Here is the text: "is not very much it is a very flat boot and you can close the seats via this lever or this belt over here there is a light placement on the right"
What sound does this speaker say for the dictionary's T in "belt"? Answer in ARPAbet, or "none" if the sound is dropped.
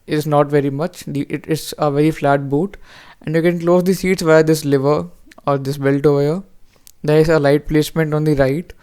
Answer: T